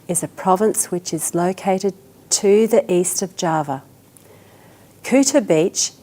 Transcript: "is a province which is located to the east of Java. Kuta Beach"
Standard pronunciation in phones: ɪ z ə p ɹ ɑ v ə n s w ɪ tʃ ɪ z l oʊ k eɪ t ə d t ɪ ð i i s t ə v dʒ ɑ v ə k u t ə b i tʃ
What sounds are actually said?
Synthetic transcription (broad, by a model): ɪ z ə p ɹ ɑ v ə n s w ɪ tʃ ɪ z l oʊ k eɪ t ə d t ɪ ð i i s t ə v dʒ ɑ v ə k u t ə b i tʃ